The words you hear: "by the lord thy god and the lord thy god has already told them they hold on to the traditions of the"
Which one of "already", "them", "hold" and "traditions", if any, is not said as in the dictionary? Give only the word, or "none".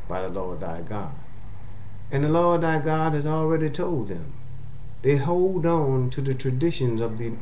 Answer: none